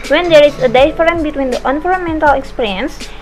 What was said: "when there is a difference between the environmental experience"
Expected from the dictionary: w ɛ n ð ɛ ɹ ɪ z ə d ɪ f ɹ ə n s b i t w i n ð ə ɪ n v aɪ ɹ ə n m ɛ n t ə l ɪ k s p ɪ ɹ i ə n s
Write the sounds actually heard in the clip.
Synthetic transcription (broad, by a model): w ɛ n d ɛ ɹ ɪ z ə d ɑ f ɹ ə n b i t w i n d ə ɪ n f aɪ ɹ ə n m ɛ n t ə l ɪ k s p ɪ ɹ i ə n s